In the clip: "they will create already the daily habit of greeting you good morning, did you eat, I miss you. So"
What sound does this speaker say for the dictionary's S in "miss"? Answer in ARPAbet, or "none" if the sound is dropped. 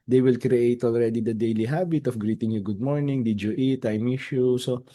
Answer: SH